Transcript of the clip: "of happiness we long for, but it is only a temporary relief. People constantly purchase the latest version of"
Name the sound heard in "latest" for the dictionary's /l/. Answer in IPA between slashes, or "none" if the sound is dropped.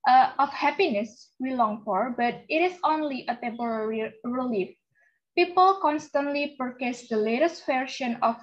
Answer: /l/